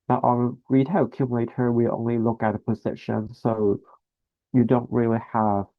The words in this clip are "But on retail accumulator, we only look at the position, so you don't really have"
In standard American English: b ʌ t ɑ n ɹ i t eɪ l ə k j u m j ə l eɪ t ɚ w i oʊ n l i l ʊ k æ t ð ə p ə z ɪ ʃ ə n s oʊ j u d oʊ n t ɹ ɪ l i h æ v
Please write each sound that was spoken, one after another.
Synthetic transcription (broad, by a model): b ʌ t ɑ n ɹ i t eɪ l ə k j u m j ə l eɪ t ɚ w i oʊ n l i l ʊ k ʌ t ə p ə z ɪ ʃ ə n s oʊ j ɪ d oʊ n t ɹ ɪ l i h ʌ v